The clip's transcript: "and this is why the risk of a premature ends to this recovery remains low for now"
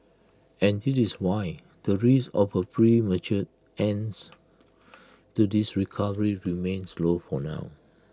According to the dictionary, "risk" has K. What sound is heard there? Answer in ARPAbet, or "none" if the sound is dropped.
none